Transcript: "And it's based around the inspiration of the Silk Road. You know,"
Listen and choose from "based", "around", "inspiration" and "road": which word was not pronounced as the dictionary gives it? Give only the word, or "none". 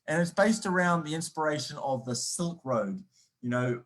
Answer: none